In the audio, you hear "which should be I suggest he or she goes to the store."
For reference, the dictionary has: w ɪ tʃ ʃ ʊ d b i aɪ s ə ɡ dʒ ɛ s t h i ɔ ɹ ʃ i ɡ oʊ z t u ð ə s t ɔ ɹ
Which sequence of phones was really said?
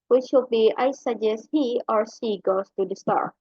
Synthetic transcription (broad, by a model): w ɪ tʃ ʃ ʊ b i aɪ s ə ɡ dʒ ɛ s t h i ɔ ɹ s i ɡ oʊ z t u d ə s t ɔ ɹ